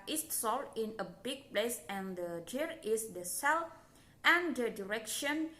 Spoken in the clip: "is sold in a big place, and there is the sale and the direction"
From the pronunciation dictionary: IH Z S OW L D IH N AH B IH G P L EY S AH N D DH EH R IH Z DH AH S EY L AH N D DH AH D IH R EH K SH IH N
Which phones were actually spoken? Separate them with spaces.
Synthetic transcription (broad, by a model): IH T S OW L IH N AH B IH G P L EY S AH N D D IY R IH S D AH S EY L AH N D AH D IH R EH K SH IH N